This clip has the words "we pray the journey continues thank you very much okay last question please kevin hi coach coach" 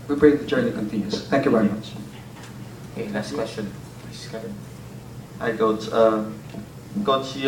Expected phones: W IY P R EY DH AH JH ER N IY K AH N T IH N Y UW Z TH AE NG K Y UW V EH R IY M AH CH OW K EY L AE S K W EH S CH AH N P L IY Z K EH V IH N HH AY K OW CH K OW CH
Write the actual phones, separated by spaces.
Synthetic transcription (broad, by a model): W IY B R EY DH AH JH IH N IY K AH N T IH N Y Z TH AE NG K Y UW V EH R IY M AH CH OW K EY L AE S K W EH S CH AH N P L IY S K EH IH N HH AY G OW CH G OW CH